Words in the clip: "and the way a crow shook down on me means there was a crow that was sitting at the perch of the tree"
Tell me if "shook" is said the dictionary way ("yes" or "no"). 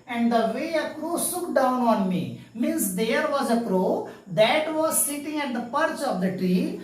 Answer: no